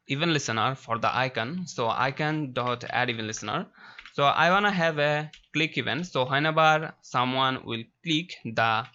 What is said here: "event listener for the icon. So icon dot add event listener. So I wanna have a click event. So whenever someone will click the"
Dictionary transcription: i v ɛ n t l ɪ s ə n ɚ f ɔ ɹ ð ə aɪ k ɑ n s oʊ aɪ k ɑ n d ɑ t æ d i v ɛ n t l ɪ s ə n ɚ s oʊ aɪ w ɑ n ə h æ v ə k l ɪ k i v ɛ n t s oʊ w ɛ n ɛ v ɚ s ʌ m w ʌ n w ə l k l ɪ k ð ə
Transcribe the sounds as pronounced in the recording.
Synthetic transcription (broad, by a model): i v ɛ n l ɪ s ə n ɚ f ɔ ɹ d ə aɪ k ɑ n s oʊ aɪ k ɑ n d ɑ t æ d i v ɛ n l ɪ s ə n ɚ s oʊ aɪ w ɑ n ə h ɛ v ə k l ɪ k i v ɛ n t s oʊ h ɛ n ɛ b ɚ s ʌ m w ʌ n w ə l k l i k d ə